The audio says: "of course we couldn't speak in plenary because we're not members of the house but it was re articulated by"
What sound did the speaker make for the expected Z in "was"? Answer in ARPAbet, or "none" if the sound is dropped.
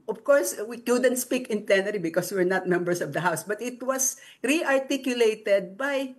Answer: S